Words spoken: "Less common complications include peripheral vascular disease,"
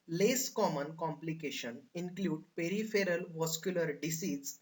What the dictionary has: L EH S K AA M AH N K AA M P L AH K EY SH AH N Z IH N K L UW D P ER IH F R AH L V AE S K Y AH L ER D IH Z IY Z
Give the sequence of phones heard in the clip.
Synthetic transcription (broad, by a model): L EH S K AA M AH N K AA M P L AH K EY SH AH N IH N K L UW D P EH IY F R AH L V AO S K Y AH L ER D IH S IY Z